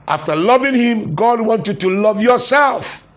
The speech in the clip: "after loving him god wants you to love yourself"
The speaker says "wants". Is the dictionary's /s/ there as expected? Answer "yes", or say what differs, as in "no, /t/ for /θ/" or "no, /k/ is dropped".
no, /s/ is dropped